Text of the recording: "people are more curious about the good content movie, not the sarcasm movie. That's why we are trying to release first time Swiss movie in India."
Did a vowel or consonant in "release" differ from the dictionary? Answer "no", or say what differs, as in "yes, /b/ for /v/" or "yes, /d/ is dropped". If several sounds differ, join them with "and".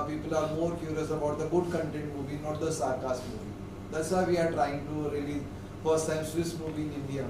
yes, /s/ is dropped